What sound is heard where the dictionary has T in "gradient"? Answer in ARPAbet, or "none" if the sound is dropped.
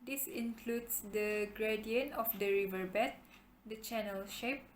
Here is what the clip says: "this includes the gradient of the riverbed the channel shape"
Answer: none